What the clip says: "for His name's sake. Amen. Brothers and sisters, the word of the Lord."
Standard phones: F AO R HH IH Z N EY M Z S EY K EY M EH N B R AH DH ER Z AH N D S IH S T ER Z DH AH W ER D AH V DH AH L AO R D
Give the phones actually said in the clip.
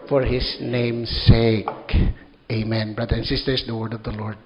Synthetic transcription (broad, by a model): F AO R HH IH S N EY M S EY K EY M EH N B R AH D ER AH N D S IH S T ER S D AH W ER D AH V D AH L AO R D